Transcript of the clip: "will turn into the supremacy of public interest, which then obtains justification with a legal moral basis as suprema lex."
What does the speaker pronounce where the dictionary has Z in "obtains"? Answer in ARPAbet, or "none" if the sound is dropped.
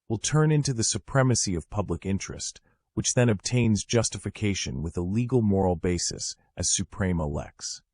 Z